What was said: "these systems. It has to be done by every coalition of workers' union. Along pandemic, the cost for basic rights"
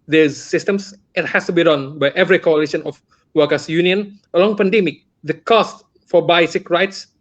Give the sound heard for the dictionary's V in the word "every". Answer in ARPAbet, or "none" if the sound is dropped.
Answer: V